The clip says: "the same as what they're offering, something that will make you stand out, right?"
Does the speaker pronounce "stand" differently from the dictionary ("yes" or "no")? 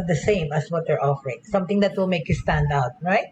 no